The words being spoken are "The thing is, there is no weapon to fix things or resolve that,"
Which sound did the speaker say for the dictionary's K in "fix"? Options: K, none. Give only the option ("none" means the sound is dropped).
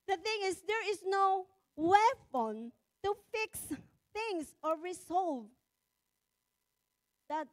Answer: K